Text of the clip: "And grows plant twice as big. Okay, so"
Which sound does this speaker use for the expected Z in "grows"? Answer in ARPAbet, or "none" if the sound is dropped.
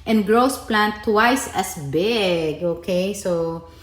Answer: S